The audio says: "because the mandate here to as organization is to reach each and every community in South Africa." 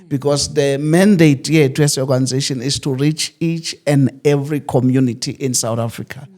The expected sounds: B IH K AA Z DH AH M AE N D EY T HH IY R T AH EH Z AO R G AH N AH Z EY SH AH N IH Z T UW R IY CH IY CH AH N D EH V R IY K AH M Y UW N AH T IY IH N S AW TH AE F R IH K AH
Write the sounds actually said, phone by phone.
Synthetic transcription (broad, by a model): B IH K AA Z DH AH M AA N D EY T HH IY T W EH S AO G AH N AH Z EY SH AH N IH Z T UW R IY CH IY CH AH N D EH V R IY K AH M Y UW N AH T IY IH N S AW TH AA F R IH K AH